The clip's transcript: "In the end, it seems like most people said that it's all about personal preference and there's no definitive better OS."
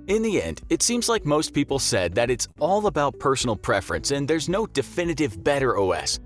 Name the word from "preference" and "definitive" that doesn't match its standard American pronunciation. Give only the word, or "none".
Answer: none